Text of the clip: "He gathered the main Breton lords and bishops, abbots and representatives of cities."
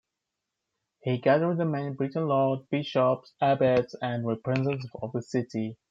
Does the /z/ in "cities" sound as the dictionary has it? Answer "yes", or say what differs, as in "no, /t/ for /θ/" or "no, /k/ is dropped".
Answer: no, /z/ is dropped